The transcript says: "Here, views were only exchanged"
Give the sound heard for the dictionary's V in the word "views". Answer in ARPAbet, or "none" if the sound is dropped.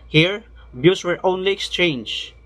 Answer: B